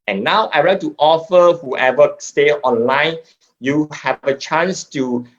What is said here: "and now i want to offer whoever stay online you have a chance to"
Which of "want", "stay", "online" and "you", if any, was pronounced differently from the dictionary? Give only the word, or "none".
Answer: want